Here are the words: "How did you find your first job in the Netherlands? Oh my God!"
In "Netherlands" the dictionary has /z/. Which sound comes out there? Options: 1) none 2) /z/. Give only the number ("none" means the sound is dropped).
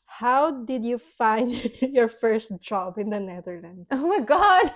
1